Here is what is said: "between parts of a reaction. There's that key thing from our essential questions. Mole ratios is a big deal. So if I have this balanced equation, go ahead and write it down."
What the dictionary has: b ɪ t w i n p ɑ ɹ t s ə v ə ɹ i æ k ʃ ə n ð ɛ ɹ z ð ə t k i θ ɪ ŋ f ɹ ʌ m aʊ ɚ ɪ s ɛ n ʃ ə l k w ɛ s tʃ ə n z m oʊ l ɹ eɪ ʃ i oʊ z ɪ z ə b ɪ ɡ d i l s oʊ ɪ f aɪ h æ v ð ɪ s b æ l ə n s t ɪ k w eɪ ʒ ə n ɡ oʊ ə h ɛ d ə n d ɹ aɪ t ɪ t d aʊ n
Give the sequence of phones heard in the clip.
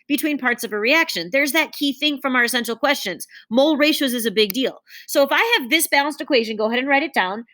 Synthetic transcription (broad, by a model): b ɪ t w i n p ɑ ɹ t s ə v ə ɹ i æ k ʃ ə n ð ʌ ɹ z ð ə t k i θ ɪ ŋ f ɹ ʌ m aʊ ɚ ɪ s ɛ n ʃ l k w ɛ s tʃ ə n z m oʊ l ɹ eɪ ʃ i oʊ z ɪ z ə b ɪ ɡ d i l s oʊ ɪ f aɪ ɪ v ð ɪ s b æ l ə n s t ɪ k w eɪ ʒ ə n ɡ oʊ ə h ɛ d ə n ɹ aɪ t ɪ t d aʊ n